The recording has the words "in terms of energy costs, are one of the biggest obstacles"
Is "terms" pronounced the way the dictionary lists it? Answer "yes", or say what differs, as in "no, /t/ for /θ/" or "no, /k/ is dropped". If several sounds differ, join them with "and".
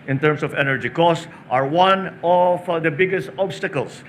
no, /s/ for /z/